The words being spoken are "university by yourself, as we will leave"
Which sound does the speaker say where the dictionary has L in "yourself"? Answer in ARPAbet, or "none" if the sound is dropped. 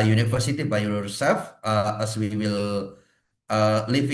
none